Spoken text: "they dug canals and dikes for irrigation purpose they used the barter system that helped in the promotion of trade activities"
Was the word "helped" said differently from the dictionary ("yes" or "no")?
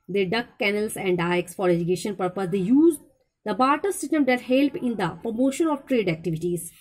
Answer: yes